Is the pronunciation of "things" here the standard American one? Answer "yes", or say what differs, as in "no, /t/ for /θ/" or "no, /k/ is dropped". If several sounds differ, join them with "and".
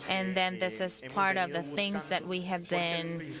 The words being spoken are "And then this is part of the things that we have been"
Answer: yes